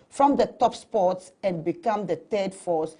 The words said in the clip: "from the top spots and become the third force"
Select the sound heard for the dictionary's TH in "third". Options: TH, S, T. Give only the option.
T